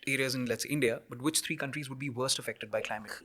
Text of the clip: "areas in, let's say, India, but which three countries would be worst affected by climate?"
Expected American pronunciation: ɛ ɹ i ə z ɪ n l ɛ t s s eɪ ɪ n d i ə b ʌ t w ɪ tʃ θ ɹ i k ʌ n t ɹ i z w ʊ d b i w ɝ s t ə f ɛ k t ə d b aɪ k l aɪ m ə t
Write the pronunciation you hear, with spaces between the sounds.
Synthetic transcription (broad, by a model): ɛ ɹ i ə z ɪ n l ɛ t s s ɪ n d i ə b ʌ t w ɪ tʃ t ɹ i k ʌ n t ɹ i z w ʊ d b i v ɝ s t ə f ɛ k t ə d b aɪ k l aɪ m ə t